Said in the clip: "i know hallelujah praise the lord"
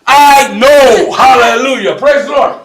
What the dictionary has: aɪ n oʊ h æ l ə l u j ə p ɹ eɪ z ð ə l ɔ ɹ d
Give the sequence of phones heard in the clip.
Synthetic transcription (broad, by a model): aɪ n oʊ h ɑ l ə l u j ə p ɹ eɪ z l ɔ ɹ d